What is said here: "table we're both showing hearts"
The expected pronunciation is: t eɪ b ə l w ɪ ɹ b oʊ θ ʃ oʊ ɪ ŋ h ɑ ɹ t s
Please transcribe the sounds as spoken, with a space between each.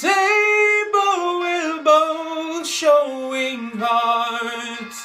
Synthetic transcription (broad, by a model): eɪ b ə l w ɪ l b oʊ ʃ oʊ ɪ ŋ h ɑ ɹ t